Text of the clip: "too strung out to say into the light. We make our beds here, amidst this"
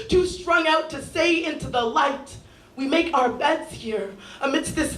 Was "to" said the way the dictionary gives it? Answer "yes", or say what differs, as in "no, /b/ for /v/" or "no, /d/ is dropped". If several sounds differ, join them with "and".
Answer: yes